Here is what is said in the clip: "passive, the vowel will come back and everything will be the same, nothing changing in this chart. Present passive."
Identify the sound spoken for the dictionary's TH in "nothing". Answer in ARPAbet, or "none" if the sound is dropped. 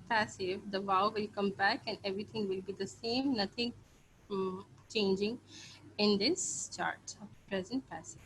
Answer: T